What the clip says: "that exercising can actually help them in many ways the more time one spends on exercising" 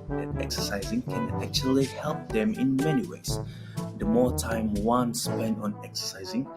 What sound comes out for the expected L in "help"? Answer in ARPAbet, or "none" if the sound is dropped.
L